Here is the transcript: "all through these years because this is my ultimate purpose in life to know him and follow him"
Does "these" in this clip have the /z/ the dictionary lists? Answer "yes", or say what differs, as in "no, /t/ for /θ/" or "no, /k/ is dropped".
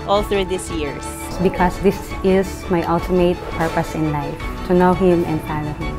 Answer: no, /s/ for /z/